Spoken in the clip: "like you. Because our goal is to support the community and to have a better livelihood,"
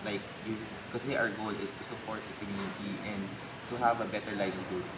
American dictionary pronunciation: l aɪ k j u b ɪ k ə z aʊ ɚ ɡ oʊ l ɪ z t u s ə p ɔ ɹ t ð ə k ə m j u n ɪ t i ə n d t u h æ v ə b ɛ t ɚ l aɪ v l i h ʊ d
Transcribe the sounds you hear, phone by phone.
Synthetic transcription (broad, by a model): l aɪ k j u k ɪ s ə aʊ ɚ ɡ oʊ l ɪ s t u s ə p ɔ ɹ t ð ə k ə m j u n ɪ t i ə n d t u h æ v ə b ɛ t ɚ l aɪ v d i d